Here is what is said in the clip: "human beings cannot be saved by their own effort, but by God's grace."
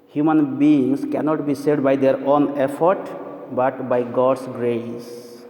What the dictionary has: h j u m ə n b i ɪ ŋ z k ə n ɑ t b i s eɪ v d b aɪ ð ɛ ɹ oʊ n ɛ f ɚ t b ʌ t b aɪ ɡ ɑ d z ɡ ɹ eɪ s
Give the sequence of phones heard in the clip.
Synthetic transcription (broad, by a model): h j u m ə n b i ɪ ŋ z k ə n ɑ t b i s eɪ d b aɪ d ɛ ɹ oʊ n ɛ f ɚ t b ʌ t b aɪ ɡ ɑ d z ɡ ɹ eɪ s